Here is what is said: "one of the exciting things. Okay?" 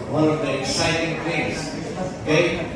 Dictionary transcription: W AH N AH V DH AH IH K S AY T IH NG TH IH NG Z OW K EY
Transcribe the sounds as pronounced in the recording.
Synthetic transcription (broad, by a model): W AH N AH V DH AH IH K S AY T IH NG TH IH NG OW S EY